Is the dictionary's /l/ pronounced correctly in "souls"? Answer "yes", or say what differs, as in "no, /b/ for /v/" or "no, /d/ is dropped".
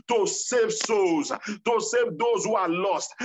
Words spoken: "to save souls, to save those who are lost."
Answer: no, /l/ is dropped